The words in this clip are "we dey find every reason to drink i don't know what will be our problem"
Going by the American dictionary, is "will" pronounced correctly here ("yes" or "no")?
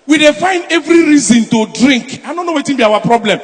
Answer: no